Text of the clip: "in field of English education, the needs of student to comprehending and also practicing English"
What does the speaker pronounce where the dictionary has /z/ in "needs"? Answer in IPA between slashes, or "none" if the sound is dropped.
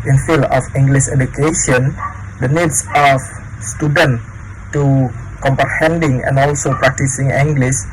/s/